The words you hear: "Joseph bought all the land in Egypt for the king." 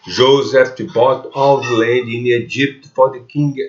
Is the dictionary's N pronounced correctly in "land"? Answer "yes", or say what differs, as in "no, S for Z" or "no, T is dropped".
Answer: no, N is dropped